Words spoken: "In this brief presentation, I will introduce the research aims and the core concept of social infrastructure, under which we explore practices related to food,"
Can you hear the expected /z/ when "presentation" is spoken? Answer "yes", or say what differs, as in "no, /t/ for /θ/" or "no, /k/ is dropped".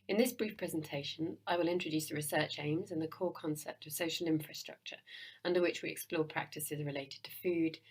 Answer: yes